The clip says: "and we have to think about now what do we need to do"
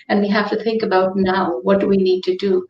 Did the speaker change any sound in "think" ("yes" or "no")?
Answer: no